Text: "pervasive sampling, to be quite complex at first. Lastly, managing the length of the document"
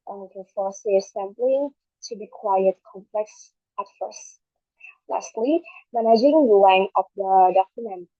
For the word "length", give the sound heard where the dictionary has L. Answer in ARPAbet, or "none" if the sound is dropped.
W